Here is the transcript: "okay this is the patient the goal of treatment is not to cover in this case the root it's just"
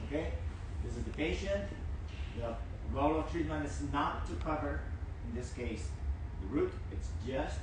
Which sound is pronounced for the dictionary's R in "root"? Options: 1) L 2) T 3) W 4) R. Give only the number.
4